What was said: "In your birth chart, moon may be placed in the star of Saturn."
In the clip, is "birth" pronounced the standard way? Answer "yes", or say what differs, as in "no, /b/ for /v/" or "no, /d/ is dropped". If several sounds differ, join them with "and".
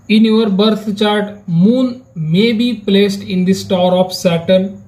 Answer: no, /t/ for /θ/